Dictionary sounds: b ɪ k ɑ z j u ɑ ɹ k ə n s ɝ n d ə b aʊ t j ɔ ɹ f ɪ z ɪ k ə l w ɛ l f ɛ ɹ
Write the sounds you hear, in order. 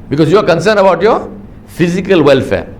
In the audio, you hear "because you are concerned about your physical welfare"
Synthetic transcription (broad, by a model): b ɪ k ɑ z j u ɑ ɹ k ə n s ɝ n ə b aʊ t j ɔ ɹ f ɪ z ɪ k ə l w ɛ l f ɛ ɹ